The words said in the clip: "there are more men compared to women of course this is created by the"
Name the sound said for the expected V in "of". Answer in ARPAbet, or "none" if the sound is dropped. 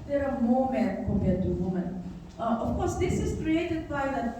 F